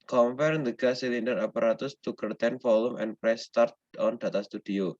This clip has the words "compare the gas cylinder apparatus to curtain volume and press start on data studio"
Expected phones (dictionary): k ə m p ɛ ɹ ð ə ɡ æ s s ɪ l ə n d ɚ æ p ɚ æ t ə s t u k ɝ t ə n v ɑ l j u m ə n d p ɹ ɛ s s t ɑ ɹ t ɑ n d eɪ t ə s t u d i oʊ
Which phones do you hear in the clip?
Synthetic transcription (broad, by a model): k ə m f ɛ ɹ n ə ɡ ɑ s s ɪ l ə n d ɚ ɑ p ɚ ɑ t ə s t u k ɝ t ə n f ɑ l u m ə n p ɹ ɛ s s t ɑ ɹ t ɑ n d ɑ t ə s t u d i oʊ